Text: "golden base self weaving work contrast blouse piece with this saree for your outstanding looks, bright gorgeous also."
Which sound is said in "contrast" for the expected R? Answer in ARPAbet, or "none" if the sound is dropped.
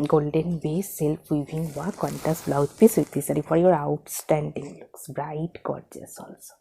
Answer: none